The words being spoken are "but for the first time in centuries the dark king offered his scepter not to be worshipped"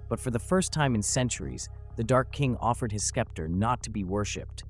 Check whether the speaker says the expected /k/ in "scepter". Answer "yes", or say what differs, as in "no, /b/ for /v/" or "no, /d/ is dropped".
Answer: yes